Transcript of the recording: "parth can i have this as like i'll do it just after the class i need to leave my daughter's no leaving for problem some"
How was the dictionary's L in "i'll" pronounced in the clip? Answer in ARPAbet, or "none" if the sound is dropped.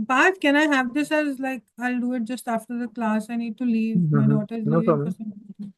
L